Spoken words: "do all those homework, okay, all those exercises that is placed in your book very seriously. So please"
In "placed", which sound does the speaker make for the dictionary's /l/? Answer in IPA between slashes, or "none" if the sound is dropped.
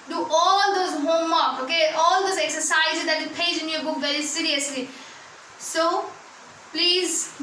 none